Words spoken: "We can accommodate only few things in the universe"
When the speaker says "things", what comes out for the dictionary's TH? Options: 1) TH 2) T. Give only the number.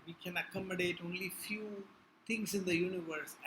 2